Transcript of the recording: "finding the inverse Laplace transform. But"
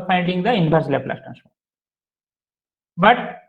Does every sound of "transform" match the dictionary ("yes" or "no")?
no